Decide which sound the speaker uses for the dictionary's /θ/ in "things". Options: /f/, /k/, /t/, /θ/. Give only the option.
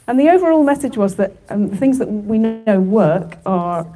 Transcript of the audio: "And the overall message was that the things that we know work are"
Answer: /θ/